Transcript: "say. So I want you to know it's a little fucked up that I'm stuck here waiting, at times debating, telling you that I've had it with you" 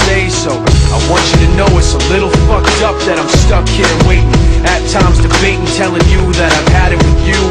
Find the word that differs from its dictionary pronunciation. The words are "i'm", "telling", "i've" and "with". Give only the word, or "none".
none